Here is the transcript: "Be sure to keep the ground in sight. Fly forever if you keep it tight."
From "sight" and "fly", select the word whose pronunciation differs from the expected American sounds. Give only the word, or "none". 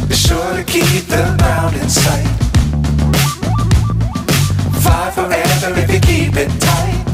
fly